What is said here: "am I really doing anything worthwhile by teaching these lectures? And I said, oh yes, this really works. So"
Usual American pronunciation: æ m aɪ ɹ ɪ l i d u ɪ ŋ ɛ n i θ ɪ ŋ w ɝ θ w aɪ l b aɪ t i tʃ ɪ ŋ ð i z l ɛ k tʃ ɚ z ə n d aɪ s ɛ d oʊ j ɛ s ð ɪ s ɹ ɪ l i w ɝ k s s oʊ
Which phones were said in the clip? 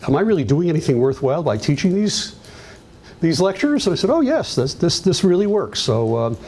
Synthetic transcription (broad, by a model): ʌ m aɪ ɹ ɪ l i d u ɪ ŋ ɛ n i θ ɪ ŋ w ɝ θ w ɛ l b aɪ t i tʃ ɪ ŋ ð i z l ɛ k tʃ ɚ z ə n aɪ s ɛ d oʊ j ɛ s ð ɪ s ɹ ɪ l i w ɝ k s s oʊ